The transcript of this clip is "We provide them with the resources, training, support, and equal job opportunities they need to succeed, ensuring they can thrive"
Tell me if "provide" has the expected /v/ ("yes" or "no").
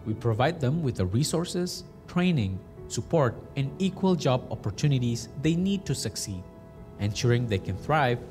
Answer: yes